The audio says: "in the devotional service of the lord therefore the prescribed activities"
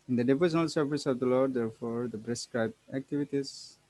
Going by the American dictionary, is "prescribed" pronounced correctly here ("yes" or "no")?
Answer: no